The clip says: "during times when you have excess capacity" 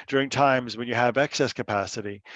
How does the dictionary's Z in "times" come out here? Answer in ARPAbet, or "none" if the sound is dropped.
Z